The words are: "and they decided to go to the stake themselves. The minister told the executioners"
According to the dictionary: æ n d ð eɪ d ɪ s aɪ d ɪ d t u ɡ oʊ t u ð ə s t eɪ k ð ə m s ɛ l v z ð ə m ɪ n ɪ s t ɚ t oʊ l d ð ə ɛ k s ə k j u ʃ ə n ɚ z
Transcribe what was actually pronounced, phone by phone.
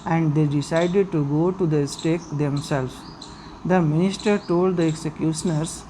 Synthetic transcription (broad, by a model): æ n d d eɪ d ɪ s aɪ d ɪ d t u ɡ oʊ t u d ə s t eɪ k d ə m s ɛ l z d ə m ɪ n ɪ s t ɚ t oʊ l d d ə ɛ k s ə k j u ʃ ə n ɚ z